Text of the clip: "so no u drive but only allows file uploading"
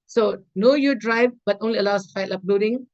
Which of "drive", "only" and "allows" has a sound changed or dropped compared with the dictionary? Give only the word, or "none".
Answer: allows